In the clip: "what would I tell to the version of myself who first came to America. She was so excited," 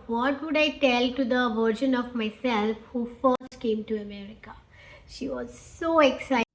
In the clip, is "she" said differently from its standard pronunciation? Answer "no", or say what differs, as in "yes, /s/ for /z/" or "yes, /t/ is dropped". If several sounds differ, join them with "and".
no